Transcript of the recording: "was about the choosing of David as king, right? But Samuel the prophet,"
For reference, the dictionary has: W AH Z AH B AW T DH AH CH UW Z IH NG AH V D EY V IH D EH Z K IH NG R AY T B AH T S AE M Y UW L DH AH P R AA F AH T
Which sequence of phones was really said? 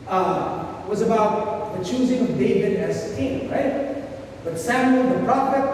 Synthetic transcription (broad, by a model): W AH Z AH B AW T DH AH CH UW Z IH NG AH V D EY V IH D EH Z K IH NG R AY T B AH T S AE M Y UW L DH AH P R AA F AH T